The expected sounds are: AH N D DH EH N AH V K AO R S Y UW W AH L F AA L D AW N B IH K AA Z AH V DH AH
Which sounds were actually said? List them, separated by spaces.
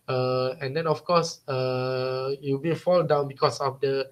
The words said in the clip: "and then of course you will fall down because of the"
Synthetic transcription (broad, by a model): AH N D EH N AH F K AO S Y UW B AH F AA L D AW N B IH K AA S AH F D AH